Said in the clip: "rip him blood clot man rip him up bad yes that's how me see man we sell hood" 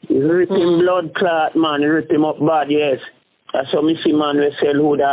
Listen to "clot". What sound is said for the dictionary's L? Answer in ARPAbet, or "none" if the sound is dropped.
L